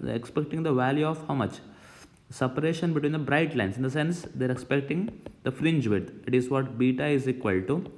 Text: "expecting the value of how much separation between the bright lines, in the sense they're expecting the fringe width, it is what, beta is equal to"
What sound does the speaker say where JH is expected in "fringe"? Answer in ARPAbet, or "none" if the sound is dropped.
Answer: JH